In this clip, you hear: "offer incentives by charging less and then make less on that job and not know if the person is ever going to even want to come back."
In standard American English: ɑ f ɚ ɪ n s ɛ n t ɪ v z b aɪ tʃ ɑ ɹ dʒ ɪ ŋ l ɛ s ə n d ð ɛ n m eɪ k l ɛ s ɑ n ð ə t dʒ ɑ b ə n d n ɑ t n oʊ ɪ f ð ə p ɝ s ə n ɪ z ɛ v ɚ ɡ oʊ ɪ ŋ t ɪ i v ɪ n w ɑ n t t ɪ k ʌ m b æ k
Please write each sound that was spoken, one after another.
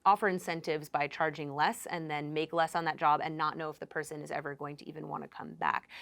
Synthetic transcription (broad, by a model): ɑ f ɚ ɪ n s ɛ n t ɪ v z b aɪ tʃ ɑ ɹ dʒ ɪ ŋ l ɛ s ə n ð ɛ n m eɪ k l ɛ s n ð ə t dʒ ɑ b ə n n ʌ t n oʊ ɪ f ð ə p ɝ s ə n ɪ z ɛ v ɚ ɡ oʊ ɪ ŋ t ɪ i v ɪ n w ɑ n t t ɪ k ʌ m b æ k